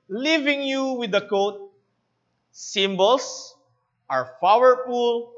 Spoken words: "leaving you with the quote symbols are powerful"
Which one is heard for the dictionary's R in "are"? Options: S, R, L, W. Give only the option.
R